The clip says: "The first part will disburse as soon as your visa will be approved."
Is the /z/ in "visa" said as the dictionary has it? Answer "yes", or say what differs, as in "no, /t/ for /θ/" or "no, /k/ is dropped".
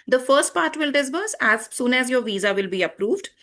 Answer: yes